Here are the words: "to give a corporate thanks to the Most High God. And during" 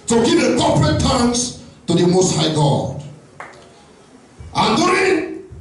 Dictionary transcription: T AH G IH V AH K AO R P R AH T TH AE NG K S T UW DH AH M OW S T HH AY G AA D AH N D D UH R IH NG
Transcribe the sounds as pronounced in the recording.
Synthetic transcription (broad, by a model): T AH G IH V AH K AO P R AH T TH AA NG S T UW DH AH M OW S T HH AY G AA D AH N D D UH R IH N